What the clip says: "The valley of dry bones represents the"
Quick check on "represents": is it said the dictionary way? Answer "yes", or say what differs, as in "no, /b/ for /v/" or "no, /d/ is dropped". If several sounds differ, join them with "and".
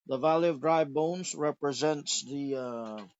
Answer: yes